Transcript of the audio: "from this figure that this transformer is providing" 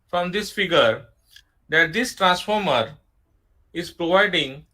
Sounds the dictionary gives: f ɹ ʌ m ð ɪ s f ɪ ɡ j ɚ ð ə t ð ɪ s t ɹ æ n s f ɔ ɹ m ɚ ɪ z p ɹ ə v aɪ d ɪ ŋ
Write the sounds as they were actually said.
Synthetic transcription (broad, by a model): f ɹ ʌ m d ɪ s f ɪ ɡ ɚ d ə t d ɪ s t ɹ æ n s f ɔ ɹ m ɚ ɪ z p ɹ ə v aɪ d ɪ ŋ